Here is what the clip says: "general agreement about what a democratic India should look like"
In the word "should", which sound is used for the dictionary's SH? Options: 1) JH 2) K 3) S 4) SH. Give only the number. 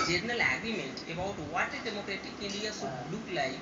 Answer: 3